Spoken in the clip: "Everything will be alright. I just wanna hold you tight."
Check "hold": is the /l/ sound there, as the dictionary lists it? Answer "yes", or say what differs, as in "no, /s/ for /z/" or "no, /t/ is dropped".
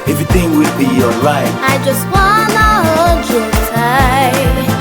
no, /l/ is dropped